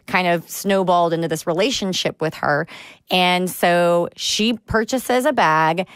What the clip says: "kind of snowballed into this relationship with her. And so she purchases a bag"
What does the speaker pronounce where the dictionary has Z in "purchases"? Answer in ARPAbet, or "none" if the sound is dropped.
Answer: Z